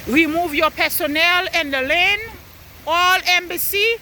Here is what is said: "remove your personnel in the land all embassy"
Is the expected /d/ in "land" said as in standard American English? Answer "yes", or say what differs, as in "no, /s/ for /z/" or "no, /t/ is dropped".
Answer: no, /d/ is dropped